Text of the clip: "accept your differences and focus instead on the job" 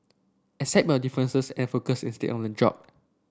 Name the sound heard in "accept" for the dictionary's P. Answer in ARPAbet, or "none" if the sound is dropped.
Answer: none